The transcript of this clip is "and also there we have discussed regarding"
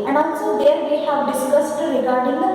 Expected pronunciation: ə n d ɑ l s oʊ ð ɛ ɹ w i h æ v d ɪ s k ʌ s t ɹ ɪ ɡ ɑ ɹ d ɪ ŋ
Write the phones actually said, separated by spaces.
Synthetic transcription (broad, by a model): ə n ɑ n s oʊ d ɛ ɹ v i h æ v d ɪ s k ʌ s t ɹ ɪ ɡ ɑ ɹ d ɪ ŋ